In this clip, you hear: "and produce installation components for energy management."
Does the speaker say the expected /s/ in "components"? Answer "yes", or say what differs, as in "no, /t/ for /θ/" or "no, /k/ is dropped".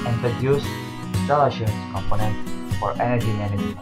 no, /s/ is dropped